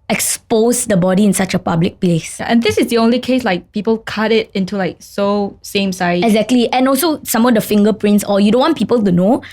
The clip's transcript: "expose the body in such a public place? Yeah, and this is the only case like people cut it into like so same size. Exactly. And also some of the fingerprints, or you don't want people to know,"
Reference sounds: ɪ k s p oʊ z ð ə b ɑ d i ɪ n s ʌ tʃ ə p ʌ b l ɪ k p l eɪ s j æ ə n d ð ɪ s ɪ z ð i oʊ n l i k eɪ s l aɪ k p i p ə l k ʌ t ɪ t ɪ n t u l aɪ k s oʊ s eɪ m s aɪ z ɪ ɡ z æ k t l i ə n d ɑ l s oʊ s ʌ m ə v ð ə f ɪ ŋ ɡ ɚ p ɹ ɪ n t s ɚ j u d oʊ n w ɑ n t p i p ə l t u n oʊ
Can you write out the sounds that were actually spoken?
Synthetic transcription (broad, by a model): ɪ k s p oʊ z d ə b ɑ d i ɪ n s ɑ tʃ ə p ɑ b l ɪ k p l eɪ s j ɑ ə n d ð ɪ s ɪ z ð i oʊ n l i k eɪ s l aɪ k p i p ə l k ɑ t ɪ t ɪ n t u l aɪ k s oʊ s eɪ m s aɪ ɪ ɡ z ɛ k t l i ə n ɑ l s oʊ s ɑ m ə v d ə f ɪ ŋ ɡ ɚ p ɹ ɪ n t s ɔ j u d oʊ n w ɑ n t p i p ə l t u n oʊ